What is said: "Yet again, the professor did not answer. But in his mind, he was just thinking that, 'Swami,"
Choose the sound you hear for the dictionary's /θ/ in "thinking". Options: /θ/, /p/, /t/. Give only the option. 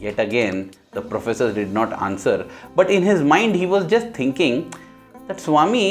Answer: /t/